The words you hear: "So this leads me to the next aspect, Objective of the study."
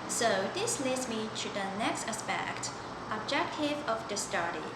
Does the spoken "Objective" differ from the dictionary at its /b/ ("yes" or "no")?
no